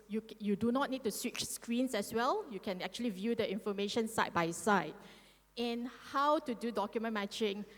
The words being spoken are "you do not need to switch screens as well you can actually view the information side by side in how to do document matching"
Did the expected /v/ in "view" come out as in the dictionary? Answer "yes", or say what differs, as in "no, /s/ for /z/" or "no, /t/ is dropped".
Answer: yes